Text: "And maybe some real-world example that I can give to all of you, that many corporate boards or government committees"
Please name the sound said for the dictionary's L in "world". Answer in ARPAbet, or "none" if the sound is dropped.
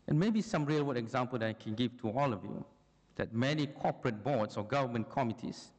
none